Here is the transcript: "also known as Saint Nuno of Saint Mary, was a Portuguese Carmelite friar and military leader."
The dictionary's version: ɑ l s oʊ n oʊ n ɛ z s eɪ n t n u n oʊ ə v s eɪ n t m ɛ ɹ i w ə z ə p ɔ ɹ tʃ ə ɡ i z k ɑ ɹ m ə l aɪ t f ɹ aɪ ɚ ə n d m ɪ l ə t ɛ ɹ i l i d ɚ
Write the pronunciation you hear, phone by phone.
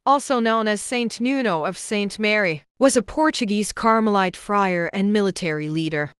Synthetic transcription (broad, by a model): ɑ l s oʊ n oʊ n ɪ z s eɪ n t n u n oʊ ə v s eɪ n t m ɛ ɹ i w ə z ə p ɔ ɹ tʃ ə ɡ i z k ɑ ɹ m ə l aɪ t f ɹ aɪ ɚ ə n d m ɪ l ə t ɛ ɹ i l i d ɚ